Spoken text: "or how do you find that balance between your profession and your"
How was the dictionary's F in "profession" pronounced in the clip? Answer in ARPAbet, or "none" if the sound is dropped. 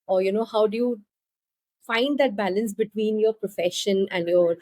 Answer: F